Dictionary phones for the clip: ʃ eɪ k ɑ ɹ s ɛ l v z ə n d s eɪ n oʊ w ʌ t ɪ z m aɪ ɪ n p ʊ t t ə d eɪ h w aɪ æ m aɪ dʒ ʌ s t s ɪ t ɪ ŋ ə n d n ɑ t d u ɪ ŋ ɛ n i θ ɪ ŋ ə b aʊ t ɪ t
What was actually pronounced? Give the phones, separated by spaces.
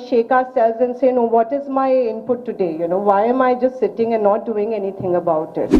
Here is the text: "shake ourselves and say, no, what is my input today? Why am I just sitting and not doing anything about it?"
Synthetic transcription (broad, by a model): ʃ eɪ k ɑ s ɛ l z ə n s eɪ n oʊ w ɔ t ɪ z m aɪ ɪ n p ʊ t t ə d eɪ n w aɪ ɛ m aɪ dʒ ʌ s t s ɪ t ɪ ŋ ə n n ɑ t d u ɪ ŋ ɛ n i t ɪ ŋ ə b aʊ t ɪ t